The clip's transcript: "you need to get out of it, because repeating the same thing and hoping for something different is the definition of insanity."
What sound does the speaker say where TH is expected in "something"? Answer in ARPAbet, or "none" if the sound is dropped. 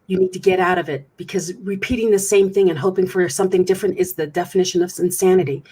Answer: TH